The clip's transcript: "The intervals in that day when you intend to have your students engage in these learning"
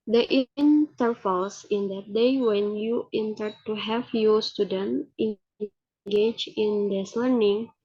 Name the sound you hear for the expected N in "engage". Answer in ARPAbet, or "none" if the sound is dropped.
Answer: none